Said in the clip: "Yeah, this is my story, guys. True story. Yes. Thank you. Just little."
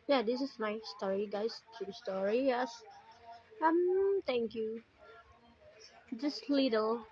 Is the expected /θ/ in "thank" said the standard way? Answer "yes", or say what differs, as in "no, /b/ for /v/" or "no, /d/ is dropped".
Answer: no, /t/ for /θ/